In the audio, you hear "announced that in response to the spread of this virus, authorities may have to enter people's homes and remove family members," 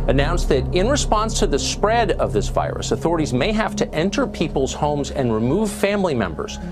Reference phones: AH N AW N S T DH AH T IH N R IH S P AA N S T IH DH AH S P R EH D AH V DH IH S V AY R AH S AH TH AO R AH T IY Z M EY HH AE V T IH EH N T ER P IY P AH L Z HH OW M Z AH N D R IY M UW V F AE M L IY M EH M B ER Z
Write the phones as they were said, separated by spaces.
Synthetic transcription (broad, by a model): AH N AW N S DH AH T IH N R IH S P AA N S T IH DH AH S P R EH D AH V DH IH S V AY R AH S AH TH AO R AH T IY Z M EY HH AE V T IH EH N T ER P IY P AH L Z HH OW M Z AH N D R IY M UW V F AE M L IY M EH M B ER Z